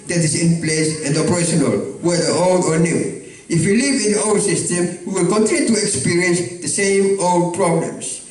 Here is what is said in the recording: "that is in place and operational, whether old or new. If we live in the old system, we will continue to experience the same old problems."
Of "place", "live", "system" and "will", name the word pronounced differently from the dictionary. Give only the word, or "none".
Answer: none